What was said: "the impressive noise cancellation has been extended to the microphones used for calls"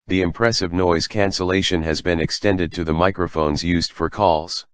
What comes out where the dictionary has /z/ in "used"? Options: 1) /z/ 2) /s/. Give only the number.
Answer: 1